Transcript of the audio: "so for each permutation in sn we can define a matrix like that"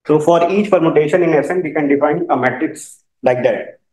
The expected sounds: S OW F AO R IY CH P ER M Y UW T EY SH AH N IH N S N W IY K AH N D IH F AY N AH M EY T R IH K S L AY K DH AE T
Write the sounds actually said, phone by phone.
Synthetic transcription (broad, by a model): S OW F AO R IY CH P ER M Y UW T EY SH AH N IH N S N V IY K AH N D IH F AY N AH M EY T R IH K S L AY K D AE T